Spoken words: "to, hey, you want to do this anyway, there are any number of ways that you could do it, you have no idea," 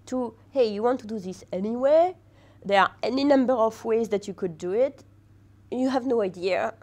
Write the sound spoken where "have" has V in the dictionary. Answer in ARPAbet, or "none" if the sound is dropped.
V